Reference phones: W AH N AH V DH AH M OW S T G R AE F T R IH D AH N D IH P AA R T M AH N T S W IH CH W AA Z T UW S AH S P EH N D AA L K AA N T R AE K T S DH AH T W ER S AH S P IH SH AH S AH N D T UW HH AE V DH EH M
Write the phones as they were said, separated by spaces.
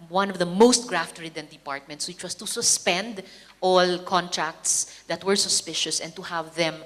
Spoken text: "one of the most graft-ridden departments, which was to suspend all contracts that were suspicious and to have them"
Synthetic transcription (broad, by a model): W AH N AH V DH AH M OW S T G R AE F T R IH D AH N D IH P AA R T M AH N T S W IH CH W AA S T UW S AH S P EH N D AA L K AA N T R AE K T S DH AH T W ER S AH S P IH SH AH S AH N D T UW HH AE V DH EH M